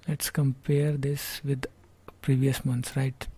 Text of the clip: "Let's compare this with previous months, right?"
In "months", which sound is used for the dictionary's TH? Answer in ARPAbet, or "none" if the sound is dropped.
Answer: T